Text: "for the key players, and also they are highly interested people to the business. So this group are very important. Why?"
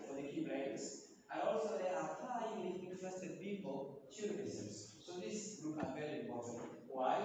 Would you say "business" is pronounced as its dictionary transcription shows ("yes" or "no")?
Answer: no